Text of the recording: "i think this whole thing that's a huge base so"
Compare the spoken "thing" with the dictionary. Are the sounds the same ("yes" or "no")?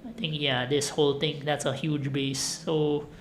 no